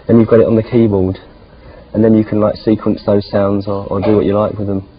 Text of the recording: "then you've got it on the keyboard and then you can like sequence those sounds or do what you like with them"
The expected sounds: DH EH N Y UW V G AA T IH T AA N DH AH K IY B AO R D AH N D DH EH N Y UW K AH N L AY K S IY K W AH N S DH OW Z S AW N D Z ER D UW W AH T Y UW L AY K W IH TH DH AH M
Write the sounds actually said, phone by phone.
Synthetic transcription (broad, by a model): DH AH N Y UW V G AA T IH T N DH AH K IY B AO L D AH N DH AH N Y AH K AH N L AY K S IY K W AH N S DH OW Z S AW N D Z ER D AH W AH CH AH L AY K W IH DH AH M